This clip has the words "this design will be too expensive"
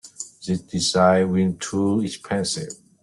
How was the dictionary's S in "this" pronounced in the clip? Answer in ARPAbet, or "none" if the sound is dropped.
none